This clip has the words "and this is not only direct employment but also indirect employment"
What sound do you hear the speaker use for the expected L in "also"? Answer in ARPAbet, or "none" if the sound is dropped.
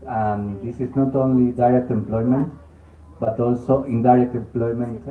L